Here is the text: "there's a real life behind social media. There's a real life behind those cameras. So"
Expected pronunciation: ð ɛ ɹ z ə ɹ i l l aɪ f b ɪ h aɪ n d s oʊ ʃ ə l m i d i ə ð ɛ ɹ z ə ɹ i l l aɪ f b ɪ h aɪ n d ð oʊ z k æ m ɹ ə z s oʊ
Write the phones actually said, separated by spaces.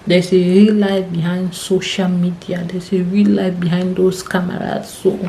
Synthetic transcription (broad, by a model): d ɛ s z ə ɹ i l l aɪ f b ɪ h aɪ n d s oʊ ʃ ə l m i d i ə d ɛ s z ə ɹ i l l aɪ f b ɪ h aɪ n d oʊ s k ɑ m ɹ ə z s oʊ